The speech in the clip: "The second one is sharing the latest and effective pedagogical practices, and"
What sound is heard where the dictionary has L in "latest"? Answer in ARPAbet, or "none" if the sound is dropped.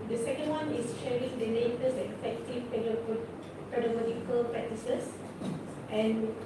N